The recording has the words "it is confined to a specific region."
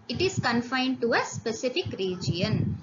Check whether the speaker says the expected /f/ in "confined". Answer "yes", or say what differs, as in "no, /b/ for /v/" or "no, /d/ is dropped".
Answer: yes